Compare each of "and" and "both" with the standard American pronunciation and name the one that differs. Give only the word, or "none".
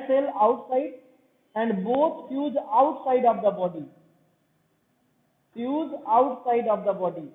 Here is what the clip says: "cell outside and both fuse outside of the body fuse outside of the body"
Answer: both